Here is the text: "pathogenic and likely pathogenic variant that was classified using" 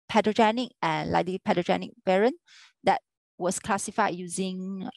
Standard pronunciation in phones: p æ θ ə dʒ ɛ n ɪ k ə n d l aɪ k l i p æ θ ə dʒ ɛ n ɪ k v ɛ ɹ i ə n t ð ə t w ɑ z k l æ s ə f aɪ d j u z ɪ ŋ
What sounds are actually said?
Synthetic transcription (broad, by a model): p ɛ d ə dʒ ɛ n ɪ k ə n l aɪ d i p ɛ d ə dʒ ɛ n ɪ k b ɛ ɹ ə n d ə t w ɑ s k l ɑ s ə f aɪ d j u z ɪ ŋ